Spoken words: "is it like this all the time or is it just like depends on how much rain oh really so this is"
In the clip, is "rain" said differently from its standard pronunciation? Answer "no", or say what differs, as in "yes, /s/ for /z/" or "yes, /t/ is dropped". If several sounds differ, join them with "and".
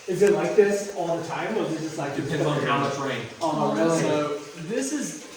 yes, /n/ is dropped